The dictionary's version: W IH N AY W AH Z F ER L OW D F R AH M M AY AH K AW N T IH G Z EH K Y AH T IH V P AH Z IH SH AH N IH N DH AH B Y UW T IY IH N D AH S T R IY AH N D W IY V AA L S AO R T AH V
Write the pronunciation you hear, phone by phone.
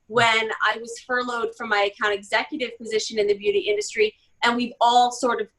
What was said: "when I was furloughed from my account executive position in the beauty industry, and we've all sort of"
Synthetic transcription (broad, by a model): W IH N AY W AH Z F ER L OW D F R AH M M AY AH K AW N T IH G Z EH K Y AH T IH V P AH Z IH SH AH N IH N DH AH B Y UW T IY IH N D AH S T R IY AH N W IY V AA L S AO R T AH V